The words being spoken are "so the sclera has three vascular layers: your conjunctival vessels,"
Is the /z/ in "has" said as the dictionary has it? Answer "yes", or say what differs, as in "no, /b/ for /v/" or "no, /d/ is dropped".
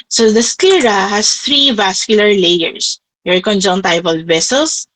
no, /s/ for /z/